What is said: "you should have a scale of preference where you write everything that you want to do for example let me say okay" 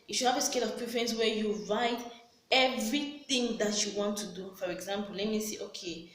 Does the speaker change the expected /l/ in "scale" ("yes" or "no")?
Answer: no